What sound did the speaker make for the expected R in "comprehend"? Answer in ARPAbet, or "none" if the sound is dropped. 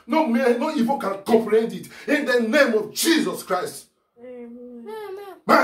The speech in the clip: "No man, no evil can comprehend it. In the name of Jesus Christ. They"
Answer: L